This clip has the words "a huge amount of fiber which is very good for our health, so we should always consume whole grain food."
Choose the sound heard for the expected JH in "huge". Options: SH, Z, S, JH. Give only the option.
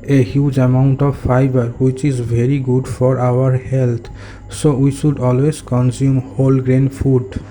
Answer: JH